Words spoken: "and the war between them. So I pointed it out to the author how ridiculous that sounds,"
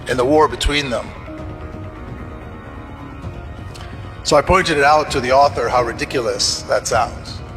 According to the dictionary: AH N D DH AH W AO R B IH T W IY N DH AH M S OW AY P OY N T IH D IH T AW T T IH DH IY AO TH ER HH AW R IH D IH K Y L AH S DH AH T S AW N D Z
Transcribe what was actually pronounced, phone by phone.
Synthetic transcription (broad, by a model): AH N DH AH W AO R B IH T W IY N DH AH M S OW AY P OY N T IH D IH T AW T T IH DH IY AO TH ER HH AW R IH D IH K Y L AH S DH AH T S AW N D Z